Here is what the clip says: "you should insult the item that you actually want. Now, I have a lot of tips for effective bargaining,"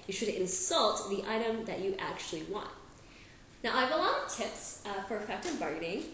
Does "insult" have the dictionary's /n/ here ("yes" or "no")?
yes